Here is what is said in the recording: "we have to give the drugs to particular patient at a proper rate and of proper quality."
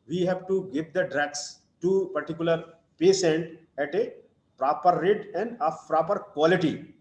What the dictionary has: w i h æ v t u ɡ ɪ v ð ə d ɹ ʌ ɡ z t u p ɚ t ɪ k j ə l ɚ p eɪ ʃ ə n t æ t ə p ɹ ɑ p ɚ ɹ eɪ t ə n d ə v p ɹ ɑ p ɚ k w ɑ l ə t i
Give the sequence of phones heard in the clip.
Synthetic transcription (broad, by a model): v i h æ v t u ɡ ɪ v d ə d ɹ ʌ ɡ s t u p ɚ t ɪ k j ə l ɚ p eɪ s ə n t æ t ə p ɹ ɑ p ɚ ɹ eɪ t ə n d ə f p ɹ ɑ p ɚ k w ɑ l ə t i